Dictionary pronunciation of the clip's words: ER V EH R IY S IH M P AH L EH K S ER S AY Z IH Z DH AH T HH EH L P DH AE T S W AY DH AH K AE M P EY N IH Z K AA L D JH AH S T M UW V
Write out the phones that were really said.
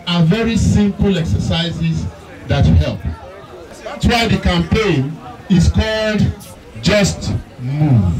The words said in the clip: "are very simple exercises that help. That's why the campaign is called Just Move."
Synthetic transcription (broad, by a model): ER V EH R IY S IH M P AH L EH K S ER S AY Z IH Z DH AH T HH EH L P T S W AY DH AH K AE M P EY N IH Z K AA L D JH AH S T M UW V